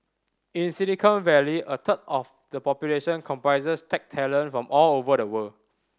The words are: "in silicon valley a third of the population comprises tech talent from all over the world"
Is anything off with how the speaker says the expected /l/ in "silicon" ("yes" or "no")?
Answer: yes